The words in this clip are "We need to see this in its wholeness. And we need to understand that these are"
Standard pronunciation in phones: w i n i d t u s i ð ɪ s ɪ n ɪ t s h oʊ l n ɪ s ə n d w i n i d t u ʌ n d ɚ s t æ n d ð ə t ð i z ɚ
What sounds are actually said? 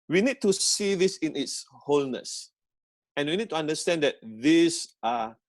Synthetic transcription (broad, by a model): w i n i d t u s i ð ɪ s ɪ n ɪ t s h oʊ l n ɪ s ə n w i n i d t u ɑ n d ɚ s t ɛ n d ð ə t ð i s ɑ